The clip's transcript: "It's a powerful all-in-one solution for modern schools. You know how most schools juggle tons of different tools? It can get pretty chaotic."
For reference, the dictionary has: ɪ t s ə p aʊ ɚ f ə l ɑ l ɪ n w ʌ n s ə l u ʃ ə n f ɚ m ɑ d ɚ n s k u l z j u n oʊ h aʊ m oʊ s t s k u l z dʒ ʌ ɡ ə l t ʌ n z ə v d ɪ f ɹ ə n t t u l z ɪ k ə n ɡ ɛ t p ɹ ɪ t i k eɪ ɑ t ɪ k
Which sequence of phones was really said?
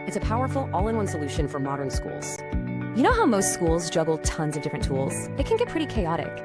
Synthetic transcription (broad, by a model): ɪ t s ə p aʊ ɚ f l ɑ l ɪ n w ʌ n s ə l u ʃ ə n f ɚ m ɑ d ɚ n s k u l z j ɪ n oʊ h aʊ m oʊ s t s k u l z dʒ ʌ ɡ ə l t ʌ n z ə v d ɪ f ɹ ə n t t u l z ɪ k ə n ɡ ɛ t p ɹ ɪ t i k eɪ ɑ t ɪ k